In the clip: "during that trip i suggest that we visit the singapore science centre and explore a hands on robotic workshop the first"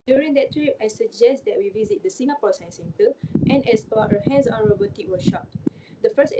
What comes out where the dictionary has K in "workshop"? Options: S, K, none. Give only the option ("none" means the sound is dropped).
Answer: none